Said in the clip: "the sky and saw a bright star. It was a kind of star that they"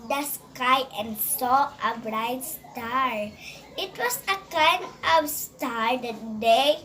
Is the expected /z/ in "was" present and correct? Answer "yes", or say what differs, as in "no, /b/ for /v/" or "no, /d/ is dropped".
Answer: no, /s/ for /z/